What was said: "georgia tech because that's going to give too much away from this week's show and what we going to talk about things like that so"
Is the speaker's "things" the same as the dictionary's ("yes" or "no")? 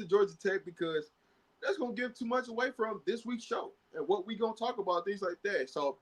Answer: yes